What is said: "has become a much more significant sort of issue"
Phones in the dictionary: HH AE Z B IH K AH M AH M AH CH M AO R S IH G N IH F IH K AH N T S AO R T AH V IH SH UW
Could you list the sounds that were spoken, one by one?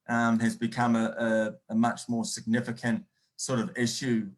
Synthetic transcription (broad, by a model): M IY Z B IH K AH M AH M AH CH M AO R S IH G N IH F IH K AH N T S AO R T AH V IH SH UW